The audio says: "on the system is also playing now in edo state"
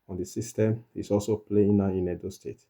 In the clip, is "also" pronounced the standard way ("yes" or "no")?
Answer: yes